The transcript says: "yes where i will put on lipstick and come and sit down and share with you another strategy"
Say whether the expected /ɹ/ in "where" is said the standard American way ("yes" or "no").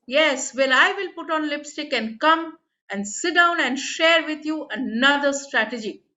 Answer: no